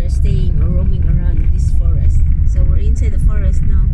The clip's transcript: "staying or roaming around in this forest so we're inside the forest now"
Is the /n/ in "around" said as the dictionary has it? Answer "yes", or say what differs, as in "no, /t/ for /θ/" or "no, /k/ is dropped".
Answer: no, /n/ is dropped